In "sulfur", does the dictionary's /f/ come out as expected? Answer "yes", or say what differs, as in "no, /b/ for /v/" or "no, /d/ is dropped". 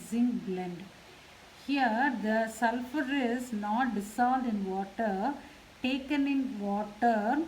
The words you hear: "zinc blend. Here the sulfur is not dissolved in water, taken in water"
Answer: yes